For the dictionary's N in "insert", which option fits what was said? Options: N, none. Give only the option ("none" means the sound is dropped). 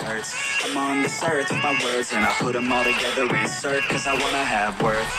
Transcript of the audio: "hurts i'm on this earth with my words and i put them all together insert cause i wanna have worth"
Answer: none